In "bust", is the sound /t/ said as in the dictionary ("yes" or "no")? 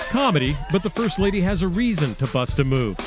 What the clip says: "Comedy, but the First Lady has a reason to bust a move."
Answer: yes